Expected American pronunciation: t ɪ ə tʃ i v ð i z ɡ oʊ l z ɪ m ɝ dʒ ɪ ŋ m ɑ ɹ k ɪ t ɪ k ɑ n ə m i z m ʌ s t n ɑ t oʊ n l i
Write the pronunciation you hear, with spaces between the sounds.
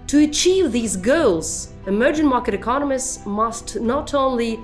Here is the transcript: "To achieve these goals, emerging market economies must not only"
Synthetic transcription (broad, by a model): t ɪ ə tʃ i v ð i z ɡ oʊ l z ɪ m ɝ dʒ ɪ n m ɑ ɹ k ɪ t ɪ k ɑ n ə m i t m ʌ s t n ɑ t oʊ n l i